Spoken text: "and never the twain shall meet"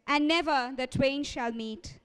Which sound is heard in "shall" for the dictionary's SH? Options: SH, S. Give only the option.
SH